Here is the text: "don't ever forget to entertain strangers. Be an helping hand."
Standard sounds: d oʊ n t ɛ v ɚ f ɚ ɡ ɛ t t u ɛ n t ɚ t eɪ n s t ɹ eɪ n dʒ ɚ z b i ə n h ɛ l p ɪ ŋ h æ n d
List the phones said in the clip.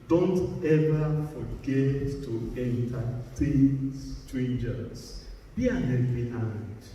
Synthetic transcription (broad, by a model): d oʊ n t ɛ v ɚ f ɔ ɡ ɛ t t u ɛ n t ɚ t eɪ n s t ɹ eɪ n dʒ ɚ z b i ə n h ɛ p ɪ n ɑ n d